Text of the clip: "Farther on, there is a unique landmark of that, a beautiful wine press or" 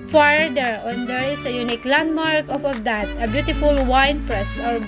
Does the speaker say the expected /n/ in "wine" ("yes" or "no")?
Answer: yes